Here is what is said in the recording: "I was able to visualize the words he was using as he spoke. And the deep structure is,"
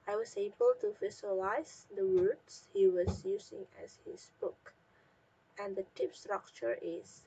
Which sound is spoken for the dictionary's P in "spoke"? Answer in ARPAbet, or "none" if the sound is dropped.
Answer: B